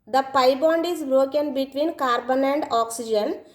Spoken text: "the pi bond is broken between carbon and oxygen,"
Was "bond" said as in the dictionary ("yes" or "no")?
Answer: yes